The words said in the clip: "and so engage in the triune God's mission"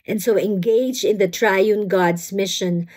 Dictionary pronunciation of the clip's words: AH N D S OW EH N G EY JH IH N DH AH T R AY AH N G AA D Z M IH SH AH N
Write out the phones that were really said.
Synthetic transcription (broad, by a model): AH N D S OW EH N G EY JH IH N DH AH T R AY AH N G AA D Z M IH SH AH N